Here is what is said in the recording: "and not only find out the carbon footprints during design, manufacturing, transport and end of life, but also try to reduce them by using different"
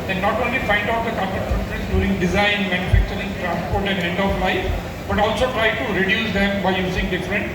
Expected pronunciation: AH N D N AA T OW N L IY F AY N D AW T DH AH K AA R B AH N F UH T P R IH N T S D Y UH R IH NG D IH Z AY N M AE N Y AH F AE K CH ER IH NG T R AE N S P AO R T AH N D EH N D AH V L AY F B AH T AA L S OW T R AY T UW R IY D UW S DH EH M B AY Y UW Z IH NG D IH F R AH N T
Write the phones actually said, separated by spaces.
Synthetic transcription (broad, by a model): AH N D N AA T OW N L IY F AY N D AW T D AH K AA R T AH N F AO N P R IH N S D Y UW R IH NG D IH Z AY N M AE N Y AH F AE K CH ER IH NG T R AE N S P AO R T AH N D EH N D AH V L AY F B AH T AA L S OW T R AY T UW R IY D UW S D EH M B AY Y UW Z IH NG D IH F R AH N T